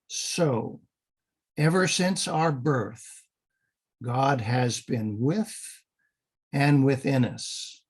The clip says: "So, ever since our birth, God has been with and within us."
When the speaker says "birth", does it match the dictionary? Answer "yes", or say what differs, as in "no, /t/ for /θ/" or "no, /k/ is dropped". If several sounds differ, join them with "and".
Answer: yes